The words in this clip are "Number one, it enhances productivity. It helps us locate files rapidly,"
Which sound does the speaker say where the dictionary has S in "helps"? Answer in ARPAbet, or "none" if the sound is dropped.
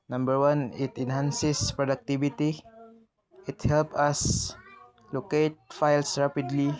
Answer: none